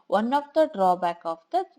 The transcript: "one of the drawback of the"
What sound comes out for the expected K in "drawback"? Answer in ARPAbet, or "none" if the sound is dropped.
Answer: K